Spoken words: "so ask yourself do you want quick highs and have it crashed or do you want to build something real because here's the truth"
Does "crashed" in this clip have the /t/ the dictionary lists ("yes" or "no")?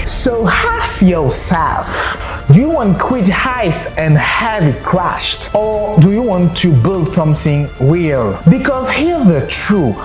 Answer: yes